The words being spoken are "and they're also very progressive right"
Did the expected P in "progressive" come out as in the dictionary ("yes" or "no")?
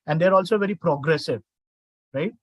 yes